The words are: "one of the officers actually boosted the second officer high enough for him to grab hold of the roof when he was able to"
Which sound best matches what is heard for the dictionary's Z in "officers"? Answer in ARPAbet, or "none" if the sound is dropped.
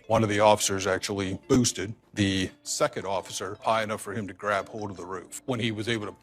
Z